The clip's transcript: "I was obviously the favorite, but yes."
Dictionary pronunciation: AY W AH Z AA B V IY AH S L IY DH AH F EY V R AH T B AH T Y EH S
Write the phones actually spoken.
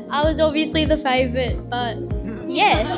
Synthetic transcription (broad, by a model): AY W AH Z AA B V IY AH S L IY DH AH F EY V R AH T B AH T Y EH S